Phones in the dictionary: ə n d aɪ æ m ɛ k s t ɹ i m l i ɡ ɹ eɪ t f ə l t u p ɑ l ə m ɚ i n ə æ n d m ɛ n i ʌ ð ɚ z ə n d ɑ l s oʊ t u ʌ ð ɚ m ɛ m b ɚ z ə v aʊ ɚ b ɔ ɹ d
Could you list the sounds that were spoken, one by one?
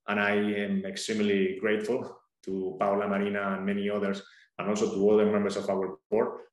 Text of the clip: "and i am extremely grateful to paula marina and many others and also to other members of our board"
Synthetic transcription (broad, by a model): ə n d aɪ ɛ m ɛ k s t ɹ i m l i ɡ ɹ eɪ t f ə l t u p ɑ l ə m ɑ i n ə n m ɛ n i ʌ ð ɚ s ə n ɑ l s oʊ t u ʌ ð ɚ m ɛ m b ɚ s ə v aʊ ɚ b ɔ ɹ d